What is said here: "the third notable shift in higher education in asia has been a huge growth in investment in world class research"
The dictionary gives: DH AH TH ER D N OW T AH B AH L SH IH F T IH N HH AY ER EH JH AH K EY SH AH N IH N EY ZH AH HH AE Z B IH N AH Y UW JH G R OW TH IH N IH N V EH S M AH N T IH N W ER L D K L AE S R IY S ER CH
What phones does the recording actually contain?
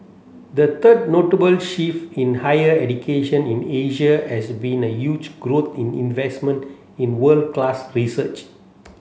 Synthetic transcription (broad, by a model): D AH T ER D N OW T AH B AH L SH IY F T IH N HH AY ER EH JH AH K EY SH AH N IH N EY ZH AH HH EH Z B IH N AH Y UW JH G R OW T IH N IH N V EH S M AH N T IH N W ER L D K L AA S R IY S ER CH